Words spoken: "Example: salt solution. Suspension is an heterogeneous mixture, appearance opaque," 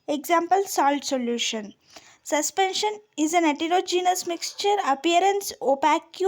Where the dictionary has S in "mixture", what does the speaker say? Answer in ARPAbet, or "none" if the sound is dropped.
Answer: S